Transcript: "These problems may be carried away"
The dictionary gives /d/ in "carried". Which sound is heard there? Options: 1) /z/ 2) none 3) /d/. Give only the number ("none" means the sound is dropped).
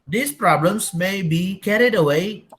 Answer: 3